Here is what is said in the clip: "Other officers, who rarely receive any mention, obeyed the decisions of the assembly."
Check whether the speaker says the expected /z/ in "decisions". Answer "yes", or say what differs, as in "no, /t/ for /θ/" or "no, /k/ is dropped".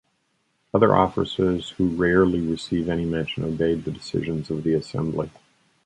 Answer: yes